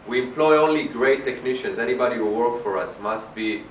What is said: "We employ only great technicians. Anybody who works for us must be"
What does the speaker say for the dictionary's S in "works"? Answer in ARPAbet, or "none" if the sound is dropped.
none